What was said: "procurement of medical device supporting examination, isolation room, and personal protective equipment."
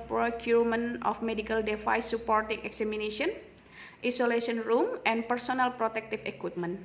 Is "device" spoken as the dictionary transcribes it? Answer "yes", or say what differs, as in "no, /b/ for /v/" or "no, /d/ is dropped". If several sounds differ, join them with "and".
no, /f/ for /v/